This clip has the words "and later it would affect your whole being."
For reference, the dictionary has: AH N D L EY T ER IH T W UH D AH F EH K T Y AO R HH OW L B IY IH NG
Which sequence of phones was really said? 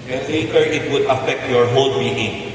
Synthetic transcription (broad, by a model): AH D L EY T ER IH T W UH D AH F EH K T Y AO R HH OW L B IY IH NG